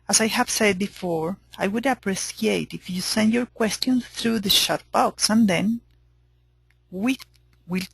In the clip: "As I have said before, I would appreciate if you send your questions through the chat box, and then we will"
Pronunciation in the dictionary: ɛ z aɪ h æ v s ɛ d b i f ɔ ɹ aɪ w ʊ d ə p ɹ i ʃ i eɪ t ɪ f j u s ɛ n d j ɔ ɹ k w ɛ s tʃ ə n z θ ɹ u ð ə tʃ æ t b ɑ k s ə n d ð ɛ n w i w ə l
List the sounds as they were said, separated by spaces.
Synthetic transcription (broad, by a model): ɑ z aɪ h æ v s ɛ d b i f ɔ ɹ aɪ w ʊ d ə p ɹ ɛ s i eɪ t ɪ f j u s ɛ n d j ɔ ɹ k w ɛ s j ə n s θ ɹ u ð ə ʃ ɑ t b ɑ k s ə n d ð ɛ n w i w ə l